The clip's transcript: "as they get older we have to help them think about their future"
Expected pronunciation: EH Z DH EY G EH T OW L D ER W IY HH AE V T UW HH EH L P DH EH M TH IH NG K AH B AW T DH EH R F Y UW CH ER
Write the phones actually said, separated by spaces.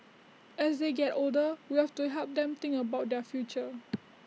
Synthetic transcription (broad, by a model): EH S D EY G EH T OW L D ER W IY HH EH F T UW HH EH L P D EH M T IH NG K AH B AW T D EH F Y UW CH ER